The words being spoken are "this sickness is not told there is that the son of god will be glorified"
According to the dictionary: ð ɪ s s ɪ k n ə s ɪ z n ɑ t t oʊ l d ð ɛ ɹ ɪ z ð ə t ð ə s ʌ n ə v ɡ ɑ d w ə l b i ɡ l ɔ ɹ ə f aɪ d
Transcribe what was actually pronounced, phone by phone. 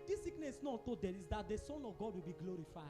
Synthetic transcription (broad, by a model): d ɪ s s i k n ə s n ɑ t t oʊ d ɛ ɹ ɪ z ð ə t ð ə s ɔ n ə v ɡ ɑ d w ə l b i ɡ l ɔ ɹ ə f aɪ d